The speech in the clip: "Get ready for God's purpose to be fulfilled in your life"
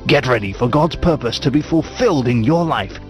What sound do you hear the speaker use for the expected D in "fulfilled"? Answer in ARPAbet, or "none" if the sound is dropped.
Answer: D